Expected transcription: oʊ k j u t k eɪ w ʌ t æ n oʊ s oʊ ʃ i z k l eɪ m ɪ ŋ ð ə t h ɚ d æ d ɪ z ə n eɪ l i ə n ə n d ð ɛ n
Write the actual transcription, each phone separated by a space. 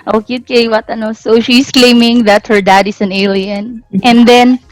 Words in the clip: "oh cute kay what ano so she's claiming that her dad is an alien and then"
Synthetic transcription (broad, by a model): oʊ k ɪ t k eɪ w ʌ t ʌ n oʊ s oʊ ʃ i s k l eɪ m ɪ ŋ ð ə t h ɚ d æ d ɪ s ə n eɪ l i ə n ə n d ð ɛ n